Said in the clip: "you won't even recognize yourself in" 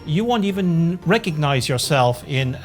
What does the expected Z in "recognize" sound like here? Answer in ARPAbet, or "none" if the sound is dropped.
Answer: Z